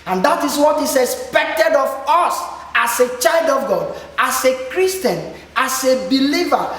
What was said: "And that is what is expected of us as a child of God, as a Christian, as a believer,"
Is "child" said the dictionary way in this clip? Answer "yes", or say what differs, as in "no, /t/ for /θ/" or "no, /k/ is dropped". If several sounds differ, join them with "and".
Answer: yes